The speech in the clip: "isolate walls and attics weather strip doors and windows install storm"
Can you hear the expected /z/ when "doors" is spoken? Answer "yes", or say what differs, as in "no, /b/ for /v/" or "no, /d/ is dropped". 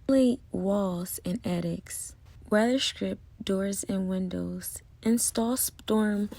yes